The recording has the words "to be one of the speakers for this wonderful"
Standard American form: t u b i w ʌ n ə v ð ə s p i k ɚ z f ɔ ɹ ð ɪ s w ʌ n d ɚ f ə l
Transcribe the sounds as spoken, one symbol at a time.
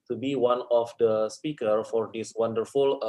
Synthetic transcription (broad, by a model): t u b i w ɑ n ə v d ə s p i k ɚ f ɔ ɹ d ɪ s w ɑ n d ɚ f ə l